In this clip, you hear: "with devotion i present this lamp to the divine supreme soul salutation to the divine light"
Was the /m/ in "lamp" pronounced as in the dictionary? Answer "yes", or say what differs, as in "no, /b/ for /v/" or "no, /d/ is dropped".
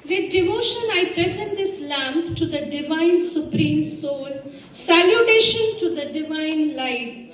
yes